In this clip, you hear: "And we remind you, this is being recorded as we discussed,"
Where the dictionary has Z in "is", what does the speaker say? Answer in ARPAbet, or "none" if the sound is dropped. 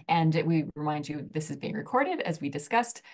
Z